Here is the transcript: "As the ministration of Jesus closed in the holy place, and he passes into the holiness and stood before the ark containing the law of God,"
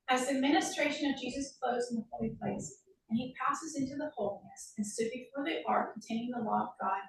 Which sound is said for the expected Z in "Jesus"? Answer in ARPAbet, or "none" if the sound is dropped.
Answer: Z